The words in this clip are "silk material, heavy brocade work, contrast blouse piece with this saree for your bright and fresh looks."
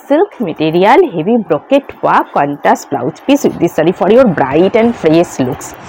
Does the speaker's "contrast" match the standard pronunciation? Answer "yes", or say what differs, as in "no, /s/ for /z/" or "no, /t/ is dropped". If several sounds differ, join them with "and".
no, /ɹ/ is dropped